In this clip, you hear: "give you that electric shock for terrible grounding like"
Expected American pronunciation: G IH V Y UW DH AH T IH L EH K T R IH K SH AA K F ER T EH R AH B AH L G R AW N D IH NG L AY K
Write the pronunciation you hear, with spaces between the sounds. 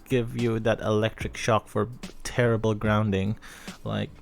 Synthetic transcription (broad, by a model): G IH V Y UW DH AH T IH L EH K T R IH K SH AA K F ER T EH R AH B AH L G R AW N D IH NG L AY K